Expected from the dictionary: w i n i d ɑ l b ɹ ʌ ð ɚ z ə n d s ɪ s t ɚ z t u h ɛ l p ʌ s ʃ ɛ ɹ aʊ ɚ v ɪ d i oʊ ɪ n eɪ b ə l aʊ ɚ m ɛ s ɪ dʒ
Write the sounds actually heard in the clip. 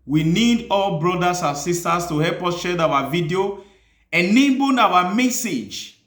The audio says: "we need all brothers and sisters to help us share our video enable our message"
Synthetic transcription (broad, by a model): w i n i d ɑ l b ɹ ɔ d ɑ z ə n s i s t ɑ s t u h ɛ l p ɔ s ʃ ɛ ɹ aʊ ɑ v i d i oʊ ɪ n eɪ b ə n aʊ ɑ m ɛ s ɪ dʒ